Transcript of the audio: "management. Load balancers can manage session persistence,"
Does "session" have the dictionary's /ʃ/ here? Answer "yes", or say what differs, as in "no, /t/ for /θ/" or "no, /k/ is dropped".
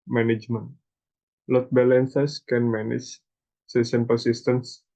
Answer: no, /s/ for /ʃ/